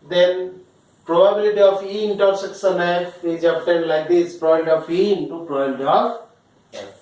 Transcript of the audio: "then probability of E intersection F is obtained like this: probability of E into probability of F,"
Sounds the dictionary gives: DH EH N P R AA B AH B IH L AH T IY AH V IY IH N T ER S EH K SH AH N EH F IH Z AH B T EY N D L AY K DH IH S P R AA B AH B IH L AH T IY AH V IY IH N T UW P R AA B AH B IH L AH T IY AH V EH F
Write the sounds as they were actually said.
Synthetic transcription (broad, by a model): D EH N P R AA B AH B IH L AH T IY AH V IY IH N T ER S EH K S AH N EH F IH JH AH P T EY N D L AY K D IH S P R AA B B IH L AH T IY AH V IY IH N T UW P R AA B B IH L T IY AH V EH